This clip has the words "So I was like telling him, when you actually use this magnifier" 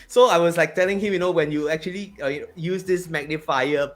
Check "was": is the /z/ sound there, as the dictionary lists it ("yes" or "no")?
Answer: no